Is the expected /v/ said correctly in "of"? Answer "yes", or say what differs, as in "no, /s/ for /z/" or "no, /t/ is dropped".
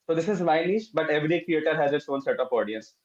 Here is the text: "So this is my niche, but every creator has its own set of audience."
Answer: no, /p/ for /v/